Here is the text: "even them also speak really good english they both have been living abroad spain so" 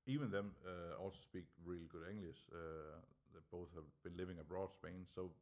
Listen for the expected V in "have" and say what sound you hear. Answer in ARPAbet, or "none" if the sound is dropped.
V